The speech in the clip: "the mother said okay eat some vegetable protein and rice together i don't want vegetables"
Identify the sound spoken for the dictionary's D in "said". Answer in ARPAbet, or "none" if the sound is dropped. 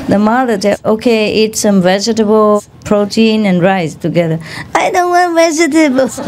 none